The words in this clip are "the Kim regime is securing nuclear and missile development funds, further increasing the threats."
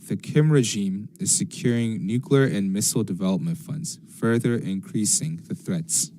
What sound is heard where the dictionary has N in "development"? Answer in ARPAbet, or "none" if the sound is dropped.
N